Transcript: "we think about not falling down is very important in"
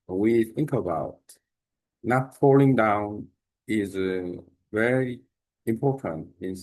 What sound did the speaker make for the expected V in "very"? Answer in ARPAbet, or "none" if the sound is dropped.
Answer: V